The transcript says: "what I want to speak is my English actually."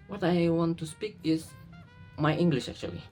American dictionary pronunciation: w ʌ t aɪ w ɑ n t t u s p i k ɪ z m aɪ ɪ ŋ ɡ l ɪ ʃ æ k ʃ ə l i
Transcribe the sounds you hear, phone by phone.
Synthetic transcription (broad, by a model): w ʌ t aɪ w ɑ n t t u s p i k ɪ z m aɪ ɪ ŋ ɡ l ɪ ʃ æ k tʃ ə l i